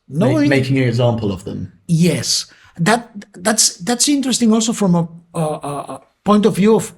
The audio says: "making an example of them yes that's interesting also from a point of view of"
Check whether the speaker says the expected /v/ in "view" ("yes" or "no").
yes